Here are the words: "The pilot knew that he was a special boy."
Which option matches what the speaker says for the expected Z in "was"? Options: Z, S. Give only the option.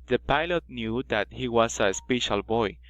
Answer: S